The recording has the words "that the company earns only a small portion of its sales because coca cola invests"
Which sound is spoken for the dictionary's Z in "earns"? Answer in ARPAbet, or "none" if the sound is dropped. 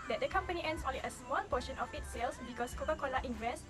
S